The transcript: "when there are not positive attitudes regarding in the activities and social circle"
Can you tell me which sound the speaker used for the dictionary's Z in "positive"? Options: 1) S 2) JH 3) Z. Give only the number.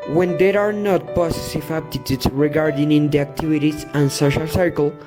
1